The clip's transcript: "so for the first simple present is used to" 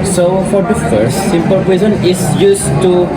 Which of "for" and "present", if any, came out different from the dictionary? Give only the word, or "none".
present